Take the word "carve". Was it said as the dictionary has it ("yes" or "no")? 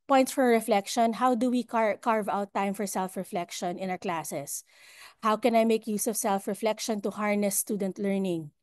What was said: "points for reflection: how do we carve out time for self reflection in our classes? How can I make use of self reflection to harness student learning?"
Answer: yes